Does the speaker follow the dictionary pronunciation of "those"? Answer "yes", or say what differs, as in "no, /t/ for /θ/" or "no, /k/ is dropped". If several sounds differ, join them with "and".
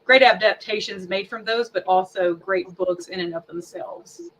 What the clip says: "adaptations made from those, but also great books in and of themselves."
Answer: yes